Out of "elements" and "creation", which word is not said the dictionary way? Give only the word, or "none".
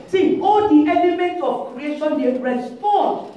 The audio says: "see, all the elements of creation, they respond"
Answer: elements